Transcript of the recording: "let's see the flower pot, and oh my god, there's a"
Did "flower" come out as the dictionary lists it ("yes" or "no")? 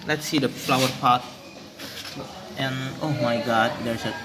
yes